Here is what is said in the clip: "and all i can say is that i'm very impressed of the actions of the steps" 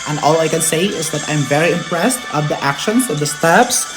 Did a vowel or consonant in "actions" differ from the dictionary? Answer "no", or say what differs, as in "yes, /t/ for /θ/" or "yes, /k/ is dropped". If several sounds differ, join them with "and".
yes, /s/ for /z/